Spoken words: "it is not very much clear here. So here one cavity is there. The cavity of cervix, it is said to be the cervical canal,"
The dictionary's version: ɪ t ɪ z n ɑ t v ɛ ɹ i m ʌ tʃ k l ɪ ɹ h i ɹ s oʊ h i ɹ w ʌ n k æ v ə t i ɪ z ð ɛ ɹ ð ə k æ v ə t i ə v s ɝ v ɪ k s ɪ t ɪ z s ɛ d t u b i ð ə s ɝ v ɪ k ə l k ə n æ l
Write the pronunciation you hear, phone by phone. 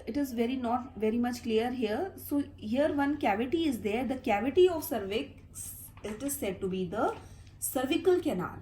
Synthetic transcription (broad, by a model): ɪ t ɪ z n ɑ t v ɛ ɹ i m ʌ tʃ k l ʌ ɹ h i ɹ s oʊ h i ɹ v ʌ n k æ v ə t i ɪ z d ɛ ɹ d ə k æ v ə t i ə v s ɝ v ɪ k s ɪ t ɪ z s ɛ d t u b i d ə s ɝ v ɪ k ə l k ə n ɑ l